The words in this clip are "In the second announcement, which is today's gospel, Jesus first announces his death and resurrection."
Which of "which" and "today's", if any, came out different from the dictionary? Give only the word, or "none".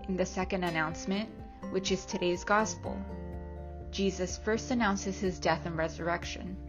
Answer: none